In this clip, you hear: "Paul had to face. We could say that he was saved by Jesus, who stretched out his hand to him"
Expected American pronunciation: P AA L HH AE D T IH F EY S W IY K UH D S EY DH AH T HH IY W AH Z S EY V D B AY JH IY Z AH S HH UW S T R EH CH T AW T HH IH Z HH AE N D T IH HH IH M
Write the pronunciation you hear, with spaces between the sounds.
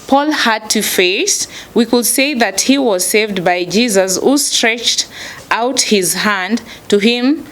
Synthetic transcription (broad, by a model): P AA L HH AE D T IH F EY S W IY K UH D S EY DH AH T HH IY W AH Z S EY V D B AY JH IY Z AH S HH UW S T R EH CH T AW T HH IH Z HH AE N D T IH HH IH M